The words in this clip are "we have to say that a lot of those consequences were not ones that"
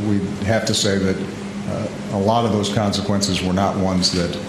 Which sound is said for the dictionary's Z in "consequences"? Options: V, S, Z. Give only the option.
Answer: Z